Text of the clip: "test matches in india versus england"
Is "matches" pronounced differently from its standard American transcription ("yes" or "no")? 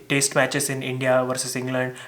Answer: yes